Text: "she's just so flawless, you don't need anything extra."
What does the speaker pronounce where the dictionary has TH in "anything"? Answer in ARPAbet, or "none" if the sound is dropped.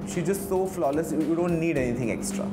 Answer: T